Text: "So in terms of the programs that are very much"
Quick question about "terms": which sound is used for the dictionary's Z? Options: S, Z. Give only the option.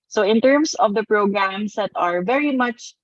S